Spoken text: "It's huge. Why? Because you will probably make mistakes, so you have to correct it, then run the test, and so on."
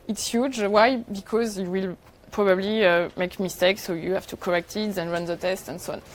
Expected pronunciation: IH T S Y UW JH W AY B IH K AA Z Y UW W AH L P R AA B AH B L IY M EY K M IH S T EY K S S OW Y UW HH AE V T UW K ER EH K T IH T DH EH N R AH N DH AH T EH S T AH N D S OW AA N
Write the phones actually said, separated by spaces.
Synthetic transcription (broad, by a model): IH T S Y UW JH W AY B IH K AA Z Y UW W AH L P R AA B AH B L IY M EY K M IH S T EY K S S OW Y UW HH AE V T UW K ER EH K T IH T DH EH N R AH N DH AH T EH S T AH N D S OW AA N